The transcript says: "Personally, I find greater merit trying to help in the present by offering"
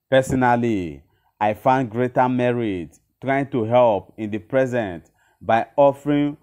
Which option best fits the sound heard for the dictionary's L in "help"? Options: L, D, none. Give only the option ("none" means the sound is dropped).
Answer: L